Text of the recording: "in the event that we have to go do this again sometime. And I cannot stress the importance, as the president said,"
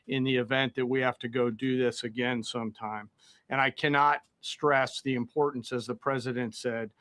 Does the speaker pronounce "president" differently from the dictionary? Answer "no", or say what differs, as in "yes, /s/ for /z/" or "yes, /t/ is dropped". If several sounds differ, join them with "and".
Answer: no